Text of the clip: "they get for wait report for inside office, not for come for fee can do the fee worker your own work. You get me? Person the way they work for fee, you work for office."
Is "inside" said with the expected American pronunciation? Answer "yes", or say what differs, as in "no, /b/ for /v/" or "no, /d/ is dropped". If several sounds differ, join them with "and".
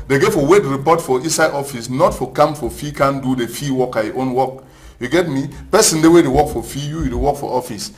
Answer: no, /n/ is dropped